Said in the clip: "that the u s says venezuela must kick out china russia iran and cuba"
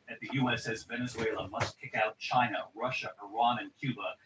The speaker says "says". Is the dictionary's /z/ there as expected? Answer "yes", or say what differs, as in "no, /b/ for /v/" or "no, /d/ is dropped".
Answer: yes